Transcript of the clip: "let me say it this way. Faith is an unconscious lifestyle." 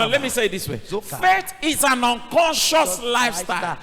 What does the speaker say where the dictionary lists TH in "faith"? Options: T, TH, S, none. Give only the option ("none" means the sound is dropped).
T